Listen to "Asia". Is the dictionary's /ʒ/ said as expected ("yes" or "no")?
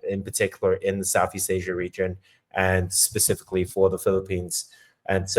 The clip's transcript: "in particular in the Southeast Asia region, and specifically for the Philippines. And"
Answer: yes